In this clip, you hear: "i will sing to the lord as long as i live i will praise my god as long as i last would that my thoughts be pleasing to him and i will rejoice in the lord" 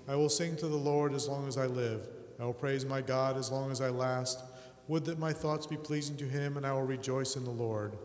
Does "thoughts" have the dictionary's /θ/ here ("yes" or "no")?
yes